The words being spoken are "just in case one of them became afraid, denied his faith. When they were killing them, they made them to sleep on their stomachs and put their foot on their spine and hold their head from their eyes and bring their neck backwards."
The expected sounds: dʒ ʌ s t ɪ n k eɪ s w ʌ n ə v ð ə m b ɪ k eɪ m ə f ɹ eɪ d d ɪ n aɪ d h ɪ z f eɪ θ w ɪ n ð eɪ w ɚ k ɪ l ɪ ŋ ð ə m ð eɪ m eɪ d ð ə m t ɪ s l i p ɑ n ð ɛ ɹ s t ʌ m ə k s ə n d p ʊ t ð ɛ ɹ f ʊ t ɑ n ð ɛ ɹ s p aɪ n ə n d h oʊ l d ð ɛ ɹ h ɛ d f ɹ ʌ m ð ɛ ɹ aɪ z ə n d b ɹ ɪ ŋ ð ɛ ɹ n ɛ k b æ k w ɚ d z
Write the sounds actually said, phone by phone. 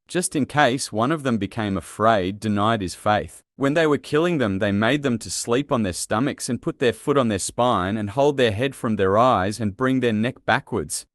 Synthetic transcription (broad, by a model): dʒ ʌ s t ɪ n k eɪ s w ʌ n ə v ð ə m b ɪ k eɪ m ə f ɹ eɪ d d ɪ n aɪ d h ɪ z f eɪ θ w ɪ n ð eɪ w ɚ k ɪ l ɪ ŋ ð ə m ð eɪ m eɪ d ð ə m t ɪ s l i p n ð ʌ ɹ s t ʌ m ə k s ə n p ʊ t ð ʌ ɹ f ʊ t n ð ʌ ɹ s p aɪ n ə n h oʊ l d ð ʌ ɹ h ɛ d f ɹ ʌ m ð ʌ ɹ aɪ z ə n b ɹ ɪ ŋ ð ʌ ɹ n ɛ k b æ k w ɚ d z